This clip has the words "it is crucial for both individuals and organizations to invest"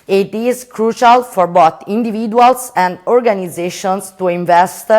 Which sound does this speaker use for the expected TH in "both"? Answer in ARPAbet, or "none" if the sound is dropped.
T